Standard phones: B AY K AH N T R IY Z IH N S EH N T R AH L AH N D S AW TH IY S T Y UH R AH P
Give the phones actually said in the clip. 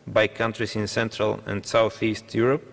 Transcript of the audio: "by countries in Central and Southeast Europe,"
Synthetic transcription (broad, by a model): B AY K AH N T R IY S IH N S EH N T R AH L AH N D S AW TH IY S T Y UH R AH P